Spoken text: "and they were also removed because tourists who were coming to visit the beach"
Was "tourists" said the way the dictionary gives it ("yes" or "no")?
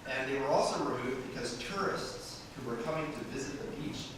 yes